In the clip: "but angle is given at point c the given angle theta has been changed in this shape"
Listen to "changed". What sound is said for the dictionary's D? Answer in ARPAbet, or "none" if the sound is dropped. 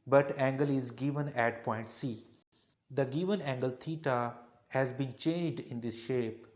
D